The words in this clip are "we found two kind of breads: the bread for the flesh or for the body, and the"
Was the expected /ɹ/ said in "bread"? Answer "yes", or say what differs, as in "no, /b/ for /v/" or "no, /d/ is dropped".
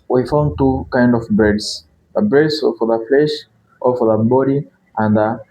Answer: no, /ɹ/ is dropped